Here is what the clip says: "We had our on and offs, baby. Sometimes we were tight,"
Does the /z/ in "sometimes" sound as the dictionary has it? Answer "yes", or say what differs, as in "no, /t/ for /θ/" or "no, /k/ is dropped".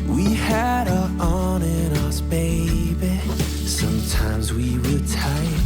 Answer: yes